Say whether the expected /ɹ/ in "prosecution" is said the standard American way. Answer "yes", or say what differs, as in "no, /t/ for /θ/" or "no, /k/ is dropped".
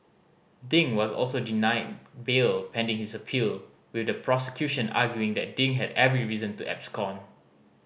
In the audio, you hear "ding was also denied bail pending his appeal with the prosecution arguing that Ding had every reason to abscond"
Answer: yes